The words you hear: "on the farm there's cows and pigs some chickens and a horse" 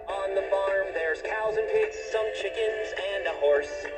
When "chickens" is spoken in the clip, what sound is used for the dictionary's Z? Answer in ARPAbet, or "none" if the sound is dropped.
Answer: Z